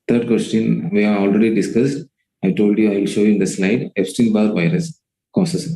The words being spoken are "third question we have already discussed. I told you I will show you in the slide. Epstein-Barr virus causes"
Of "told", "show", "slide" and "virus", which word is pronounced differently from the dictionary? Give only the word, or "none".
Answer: none